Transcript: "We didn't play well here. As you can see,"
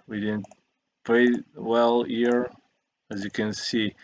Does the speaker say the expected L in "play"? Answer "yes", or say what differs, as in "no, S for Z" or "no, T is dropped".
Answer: no, L is dropped